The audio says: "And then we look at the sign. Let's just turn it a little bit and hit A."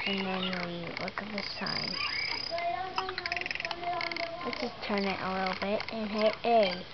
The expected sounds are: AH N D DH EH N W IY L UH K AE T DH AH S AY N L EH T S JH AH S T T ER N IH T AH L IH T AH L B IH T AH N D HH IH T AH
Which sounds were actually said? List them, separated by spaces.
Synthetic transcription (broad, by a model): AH N DH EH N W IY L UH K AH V DH AH S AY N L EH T JH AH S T T ER N IH T AH L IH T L B IH T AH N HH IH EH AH